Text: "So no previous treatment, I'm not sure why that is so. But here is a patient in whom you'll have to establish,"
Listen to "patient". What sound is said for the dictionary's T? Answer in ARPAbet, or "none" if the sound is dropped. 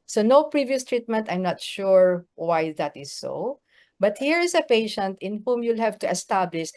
T